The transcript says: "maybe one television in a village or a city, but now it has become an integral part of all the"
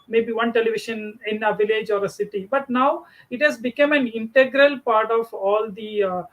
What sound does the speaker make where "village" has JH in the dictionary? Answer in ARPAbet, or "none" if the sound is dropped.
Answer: JH